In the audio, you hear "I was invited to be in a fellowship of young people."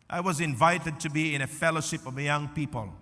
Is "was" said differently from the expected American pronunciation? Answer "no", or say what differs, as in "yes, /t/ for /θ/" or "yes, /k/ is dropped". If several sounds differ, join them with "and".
no